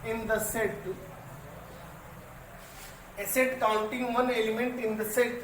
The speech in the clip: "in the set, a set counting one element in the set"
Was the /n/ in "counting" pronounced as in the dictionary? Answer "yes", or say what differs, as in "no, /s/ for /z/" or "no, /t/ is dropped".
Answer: no, /l/ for /n/